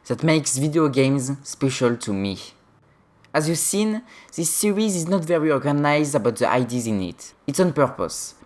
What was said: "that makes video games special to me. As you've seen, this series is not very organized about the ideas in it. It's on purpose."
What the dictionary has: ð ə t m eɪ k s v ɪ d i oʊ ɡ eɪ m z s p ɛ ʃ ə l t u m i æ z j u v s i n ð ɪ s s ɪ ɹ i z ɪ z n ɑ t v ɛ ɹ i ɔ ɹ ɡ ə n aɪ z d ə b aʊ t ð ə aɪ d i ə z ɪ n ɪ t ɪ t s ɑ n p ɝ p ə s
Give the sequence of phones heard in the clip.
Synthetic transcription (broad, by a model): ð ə t m eɪ k s v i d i oʊ ɡ eɪ m z s p ɛ ʃ ə l t u m i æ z j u s i n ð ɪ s s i ɹ i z ɪ z n ɑ t v ɛ ɹ i ɔ ɹ ɡ ə n aɪ z d ə b aʊ t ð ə aɪ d i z ɪ n ɪ t ɪ t s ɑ n p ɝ p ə s